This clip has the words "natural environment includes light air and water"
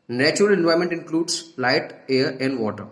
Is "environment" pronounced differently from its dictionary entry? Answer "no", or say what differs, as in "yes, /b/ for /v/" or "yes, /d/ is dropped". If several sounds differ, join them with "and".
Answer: yes, /ɹ/ is dropped and /n/ is dropped